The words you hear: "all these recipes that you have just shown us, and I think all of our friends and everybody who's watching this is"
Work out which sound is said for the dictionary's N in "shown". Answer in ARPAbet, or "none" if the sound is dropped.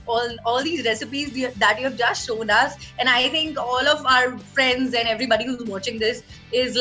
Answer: N